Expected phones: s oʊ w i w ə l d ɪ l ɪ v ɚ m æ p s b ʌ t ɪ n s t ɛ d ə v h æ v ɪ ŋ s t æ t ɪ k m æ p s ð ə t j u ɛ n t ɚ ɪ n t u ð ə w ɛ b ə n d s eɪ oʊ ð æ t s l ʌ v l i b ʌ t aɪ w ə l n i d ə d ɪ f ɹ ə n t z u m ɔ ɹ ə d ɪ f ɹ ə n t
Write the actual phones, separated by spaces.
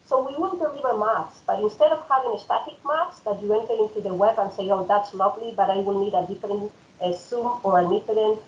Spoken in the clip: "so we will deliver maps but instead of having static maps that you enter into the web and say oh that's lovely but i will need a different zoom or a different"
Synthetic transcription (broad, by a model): s oʊ w i w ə n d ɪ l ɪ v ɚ m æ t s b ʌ t ɪ n s t ɛ d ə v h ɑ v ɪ ŋ s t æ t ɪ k m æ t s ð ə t j u ɛ n t ɚ ɪ n t u ð ə w ɛ b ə n s eɪ oʊ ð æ t s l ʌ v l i b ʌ t aɪ w ə l n i d ə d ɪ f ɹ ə n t s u m ɔ ɹ ə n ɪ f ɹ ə n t